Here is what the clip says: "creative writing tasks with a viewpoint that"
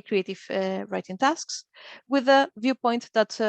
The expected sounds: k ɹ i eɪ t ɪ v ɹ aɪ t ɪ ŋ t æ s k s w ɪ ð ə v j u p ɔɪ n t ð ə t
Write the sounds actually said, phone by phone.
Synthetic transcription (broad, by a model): k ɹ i eɪ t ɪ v ɹ aɪ t ɪ ŋ t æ s k s w ɪ ð ə v j u p ɔɪ n t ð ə t